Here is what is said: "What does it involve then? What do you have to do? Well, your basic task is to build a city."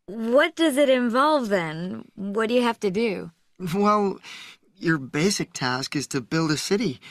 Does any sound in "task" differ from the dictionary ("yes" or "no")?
no